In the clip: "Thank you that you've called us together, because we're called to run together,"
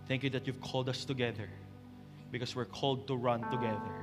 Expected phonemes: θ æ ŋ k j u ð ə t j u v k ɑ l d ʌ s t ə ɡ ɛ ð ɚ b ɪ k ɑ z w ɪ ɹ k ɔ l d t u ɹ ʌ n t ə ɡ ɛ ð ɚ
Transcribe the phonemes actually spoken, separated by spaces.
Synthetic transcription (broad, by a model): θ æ ŋ k j u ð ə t j u v k ɑ l d ʌ s t ə ɡ ɛ ð ɚ b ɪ k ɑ s w ɪ ɹ k ɔ l d t u ɹ ʌ n t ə ɡ ɛ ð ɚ